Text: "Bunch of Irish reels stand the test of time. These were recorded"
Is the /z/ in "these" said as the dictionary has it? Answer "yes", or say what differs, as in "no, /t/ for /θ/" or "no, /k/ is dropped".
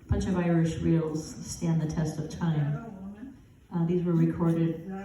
yes